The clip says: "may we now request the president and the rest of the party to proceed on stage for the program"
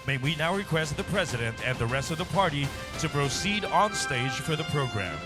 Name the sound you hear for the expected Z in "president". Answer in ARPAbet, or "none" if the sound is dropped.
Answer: Z